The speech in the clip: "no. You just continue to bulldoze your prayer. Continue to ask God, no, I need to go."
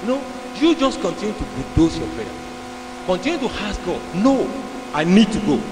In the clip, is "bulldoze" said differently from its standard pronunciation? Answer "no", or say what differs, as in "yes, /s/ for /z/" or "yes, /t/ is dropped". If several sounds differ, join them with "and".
yes, /l/ is dropped and /s/ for /z/